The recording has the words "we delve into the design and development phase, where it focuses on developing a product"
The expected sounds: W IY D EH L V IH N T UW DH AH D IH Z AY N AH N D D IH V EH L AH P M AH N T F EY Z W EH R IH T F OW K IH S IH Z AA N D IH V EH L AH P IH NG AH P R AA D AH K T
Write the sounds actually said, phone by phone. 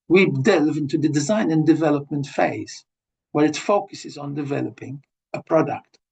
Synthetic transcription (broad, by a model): W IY D EH L V IH N T UW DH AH D IH Z AY N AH N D D IH V EH L AH P M AH N T F EY Z W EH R IH T F OW K IH S IH Z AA N D IH V EH L AH P IH NG AH P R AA D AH K T